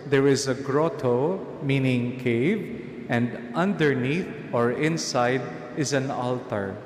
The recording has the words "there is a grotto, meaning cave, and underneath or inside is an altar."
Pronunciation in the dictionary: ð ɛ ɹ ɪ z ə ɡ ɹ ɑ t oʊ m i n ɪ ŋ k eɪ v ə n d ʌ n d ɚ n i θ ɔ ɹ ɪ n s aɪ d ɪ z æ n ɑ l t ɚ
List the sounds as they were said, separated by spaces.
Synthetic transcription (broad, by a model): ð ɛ ɹ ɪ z ə ɡ ɹ ɑ t oʊ m i n ɪ ŋ k eɪ v ə n d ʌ n d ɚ n i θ ɔ ɹ ɪ n s aɪ d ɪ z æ n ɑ l t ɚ